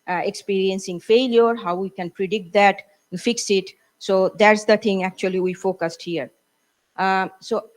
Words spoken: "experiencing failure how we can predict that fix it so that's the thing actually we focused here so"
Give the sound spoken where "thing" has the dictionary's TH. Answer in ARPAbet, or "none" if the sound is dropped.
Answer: T